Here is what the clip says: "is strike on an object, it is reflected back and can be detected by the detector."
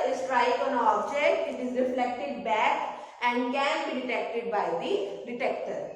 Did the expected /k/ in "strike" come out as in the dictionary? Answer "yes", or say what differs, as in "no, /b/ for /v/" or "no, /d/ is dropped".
no, /k/ is dropped